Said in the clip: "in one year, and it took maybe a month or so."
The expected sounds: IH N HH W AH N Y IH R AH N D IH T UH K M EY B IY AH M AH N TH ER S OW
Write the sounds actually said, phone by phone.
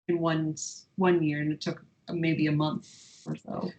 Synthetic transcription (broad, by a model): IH N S W AH N Y IH R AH N IH T UH K M EY B IY AH M AH N TH ER S OW